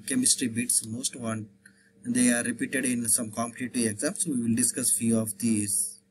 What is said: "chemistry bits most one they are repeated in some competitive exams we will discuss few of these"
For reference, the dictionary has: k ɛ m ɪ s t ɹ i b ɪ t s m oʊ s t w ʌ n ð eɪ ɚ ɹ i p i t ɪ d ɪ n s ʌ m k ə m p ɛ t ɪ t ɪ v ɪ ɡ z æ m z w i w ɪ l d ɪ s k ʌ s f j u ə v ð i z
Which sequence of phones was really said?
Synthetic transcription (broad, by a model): k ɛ m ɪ s t ɹ i b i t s m oʊ s t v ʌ n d eɪ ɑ ɹ i p i t ɪ d ɪ n s ʌ m k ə m p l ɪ t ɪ ɪ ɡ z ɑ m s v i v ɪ l d ɪ s k ʌ s f j u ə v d i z